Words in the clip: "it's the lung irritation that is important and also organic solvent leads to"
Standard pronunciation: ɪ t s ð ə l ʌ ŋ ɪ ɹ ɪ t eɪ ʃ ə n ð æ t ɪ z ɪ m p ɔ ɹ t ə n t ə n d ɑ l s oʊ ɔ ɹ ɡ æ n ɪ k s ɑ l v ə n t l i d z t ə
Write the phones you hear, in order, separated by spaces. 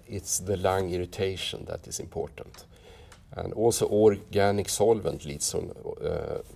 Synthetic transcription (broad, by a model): ɪ t s ð ə l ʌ ŋ ɪ ɹ ɪ t eɪ ʃ ə n ð æ t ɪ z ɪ m p ɔ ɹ t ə n t ə n d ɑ l s oʊ ɔ ɹ ɡ æ n ɪ k s ɑ l v ə n t l i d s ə